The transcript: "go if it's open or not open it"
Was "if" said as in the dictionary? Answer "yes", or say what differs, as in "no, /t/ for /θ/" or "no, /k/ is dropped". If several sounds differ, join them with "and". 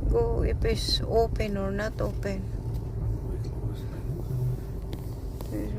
no, /p/ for /f/